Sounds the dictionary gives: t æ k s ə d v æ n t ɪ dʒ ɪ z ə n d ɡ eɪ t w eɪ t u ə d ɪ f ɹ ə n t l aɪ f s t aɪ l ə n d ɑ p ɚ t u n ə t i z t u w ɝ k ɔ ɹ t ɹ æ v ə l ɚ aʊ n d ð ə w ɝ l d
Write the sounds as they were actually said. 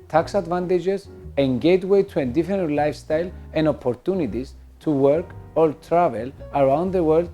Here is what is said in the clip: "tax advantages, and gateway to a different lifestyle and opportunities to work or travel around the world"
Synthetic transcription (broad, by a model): t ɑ k s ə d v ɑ n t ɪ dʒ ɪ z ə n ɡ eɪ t w eɪ t u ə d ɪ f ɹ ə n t l aɪ f s t aɪ l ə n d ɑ p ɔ t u n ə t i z t u w ɝ k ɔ l t ɹ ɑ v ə l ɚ aʊ n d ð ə w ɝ l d